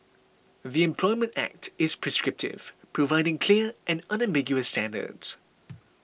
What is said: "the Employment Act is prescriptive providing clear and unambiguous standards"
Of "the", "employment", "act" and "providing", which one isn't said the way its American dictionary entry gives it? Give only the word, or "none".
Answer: none